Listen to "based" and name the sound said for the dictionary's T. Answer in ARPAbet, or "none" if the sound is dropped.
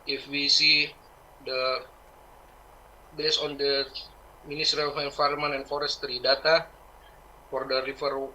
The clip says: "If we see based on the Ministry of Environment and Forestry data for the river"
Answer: none